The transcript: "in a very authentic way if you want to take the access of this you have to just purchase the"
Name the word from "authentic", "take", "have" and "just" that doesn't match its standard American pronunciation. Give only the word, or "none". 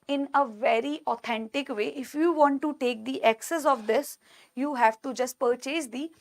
authentic